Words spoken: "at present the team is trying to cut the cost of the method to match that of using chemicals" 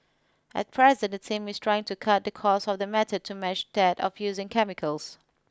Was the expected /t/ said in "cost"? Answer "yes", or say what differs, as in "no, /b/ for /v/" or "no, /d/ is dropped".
no, /t/ is dropped